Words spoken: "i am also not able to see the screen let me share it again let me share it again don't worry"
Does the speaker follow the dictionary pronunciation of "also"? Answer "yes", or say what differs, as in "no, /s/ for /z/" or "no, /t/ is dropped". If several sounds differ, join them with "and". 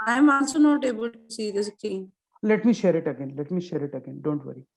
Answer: no, /n/ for /l/